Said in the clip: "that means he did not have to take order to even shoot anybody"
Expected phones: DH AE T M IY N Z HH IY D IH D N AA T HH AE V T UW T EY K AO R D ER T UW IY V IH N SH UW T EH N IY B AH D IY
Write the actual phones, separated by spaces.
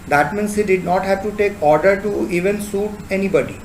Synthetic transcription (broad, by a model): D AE T M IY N S HH IY D IH D N AA T HH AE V T UW T EY K AO R D ER T UW IY V IH N S UW T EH N IY B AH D IY